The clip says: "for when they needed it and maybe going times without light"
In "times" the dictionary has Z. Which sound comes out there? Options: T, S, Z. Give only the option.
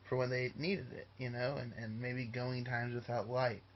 Z